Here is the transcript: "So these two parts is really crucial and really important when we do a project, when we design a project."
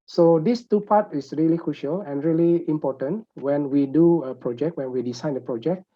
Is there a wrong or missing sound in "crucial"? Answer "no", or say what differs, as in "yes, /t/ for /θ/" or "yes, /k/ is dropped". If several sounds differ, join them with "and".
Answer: no